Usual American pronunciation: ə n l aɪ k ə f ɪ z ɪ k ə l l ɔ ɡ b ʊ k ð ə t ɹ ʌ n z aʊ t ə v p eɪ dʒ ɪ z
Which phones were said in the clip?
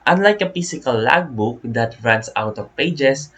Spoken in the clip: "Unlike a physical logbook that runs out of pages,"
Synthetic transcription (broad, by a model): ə n l aɪ k ə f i s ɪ k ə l l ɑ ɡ b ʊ k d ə t ɹ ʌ n s aʊ t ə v p eɪ dʒ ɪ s